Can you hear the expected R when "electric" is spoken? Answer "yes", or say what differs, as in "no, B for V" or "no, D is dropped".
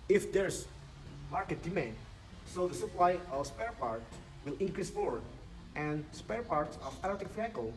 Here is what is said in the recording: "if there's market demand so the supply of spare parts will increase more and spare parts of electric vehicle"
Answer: no, R is dropped